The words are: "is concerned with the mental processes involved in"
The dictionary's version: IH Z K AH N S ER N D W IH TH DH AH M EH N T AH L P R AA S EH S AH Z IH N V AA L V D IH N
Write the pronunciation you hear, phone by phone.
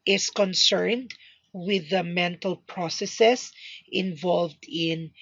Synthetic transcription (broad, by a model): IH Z K AH N S ER N D W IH DH AH M EH N T AH L P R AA S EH S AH S IH N V AA L V D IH N